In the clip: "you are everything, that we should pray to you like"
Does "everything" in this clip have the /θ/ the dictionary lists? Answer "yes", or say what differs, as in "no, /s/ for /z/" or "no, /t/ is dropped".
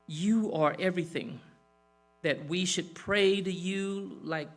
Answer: yes